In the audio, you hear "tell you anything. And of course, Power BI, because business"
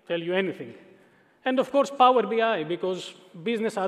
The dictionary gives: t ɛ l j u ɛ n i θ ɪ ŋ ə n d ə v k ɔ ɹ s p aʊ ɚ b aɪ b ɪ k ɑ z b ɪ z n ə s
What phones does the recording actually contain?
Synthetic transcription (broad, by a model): t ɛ l j u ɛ n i t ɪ ŋ ə n d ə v k ɔ ɹ s p aʊ ɚ b aɪ b ɪ k ɑ z b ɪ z n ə s